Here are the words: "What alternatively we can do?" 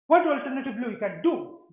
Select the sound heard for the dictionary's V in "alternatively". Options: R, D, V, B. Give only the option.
B